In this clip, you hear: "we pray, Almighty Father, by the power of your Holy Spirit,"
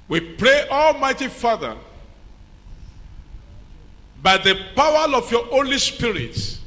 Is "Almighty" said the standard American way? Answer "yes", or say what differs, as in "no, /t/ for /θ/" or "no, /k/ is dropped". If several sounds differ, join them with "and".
yes